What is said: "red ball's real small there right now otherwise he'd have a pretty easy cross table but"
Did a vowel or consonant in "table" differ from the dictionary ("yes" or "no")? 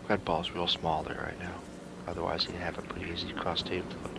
yes